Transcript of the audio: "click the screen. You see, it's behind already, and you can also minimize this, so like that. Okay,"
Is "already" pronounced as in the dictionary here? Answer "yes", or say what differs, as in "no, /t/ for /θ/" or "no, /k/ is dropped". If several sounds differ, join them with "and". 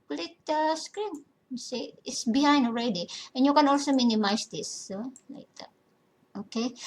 yes